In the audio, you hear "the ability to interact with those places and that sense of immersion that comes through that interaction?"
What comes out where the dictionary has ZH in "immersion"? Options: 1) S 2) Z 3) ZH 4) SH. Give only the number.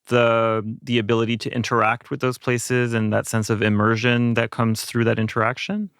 3